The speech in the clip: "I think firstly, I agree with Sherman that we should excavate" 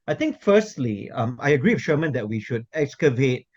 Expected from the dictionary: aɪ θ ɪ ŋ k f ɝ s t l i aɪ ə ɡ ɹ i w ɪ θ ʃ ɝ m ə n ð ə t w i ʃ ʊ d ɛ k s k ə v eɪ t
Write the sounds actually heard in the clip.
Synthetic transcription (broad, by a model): aɪ t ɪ ŋ k f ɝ s t l i aɪ ə ɡ ɹ i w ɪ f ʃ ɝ m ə n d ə t w i ʃ ʊ d ɛ k s k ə v eɪ t